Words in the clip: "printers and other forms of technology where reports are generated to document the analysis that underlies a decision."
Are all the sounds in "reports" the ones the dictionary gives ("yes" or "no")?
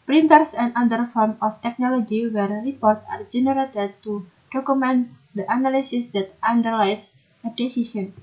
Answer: no